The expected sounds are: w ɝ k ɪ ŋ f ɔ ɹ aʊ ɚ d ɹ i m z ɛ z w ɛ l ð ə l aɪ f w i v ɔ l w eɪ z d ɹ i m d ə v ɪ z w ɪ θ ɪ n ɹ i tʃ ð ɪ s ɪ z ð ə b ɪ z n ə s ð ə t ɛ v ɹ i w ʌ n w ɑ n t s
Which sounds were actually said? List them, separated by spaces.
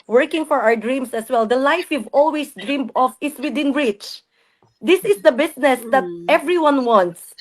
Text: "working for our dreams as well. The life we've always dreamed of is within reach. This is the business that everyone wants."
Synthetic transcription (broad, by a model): w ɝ k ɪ ŋ f ɔ ɹ aʊ ɚ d ɹ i m s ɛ s w ɛ l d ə l aɪ f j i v ɔ l w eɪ s d ɹ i m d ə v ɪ s w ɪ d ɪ n ɹ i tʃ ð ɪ s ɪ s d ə b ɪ s n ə s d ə t ɛ v ɹ i w ʌ n w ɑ n t s